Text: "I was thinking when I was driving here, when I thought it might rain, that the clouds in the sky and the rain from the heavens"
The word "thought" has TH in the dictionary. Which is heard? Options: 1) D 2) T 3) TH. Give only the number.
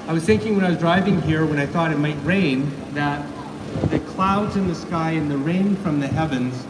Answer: 3